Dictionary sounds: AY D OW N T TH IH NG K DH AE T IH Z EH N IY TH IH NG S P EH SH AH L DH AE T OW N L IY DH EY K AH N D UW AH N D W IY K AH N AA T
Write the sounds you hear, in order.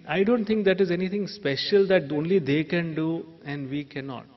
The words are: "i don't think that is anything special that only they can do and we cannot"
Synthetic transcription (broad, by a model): AY D OW N T T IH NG K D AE T IH Z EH N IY T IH NG S P EH SH AH L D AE T OW N L IY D EY K AH N D UW AH N D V IY K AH N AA T